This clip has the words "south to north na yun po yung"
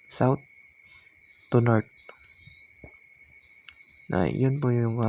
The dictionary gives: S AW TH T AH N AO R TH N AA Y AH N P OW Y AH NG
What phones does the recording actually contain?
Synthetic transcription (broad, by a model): S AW T AH N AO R T N AA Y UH N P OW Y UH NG